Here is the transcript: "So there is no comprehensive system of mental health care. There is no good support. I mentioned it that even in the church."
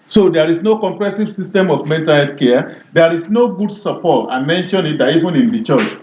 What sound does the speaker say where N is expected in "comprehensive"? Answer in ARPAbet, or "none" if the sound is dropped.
none